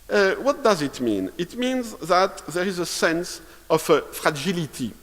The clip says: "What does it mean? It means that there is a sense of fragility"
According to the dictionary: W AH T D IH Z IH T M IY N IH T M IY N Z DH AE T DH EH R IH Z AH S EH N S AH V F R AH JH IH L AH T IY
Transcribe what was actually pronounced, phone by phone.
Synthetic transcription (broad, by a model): W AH T D IH Z IH T M IY N IH T M IY N Z DH AE T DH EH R IH Z AH S EH N S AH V F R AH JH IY L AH T IY